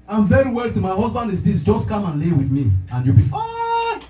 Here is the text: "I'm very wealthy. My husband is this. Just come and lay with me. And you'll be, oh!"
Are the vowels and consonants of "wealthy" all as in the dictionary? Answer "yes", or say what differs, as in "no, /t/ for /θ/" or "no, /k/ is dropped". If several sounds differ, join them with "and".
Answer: no, /t/ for /θ/